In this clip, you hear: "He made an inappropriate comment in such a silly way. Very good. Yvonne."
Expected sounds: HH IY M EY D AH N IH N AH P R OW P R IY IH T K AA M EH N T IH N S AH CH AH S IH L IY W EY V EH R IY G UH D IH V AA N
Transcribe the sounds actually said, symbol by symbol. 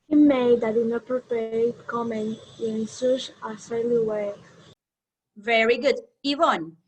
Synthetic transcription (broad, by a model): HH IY M EY D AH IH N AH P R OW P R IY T K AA M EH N IH N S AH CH AH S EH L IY W EY V EH R IY G UH D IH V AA N